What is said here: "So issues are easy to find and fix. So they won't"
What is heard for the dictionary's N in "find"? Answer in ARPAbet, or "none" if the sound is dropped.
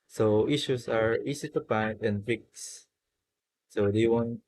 none